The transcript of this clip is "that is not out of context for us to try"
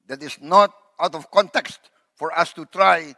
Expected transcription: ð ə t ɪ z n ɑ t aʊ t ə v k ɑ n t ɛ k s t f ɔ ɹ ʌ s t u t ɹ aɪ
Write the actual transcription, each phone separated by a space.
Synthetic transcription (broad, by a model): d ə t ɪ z n ɑ t aʊ t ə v k ɑ n t ɛ k s t f ɔ ɹ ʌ s t u t ɹ aɪ